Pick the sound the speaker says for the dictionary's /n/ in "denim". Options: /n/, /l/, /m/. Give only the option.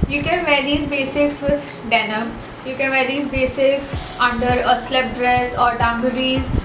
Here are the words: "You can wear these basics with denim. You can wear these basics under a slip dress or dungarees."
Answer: /n/